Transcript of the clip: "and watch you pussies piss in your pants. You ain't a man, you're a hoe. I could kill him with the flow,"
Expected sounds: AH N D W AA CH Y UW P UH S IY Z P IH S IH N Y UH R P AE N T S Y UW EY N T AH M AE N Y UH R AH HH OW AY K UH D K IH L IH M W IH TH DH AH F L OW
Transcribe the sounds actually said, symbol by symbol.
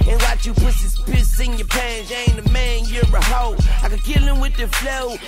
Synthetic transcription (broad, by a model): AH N W AA CH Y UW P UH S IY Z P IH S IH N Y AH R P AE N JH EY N AH M AE N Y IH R AH HH OW AY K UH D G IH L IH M W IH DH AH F L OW